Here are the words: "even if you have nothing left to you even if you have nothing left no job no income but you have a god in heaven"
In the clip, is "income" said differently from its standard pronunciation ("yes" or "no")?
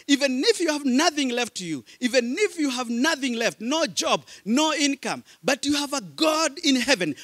no